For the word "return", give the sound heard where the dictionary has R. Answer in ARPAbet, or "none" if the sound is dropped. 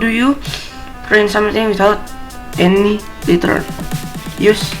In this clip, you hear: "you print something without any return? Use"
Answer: L